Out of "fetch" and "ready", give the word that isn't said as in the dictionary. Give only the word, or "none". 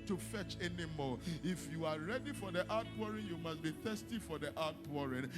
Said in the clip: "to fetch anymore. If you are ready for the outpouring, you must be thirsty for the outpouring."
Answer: none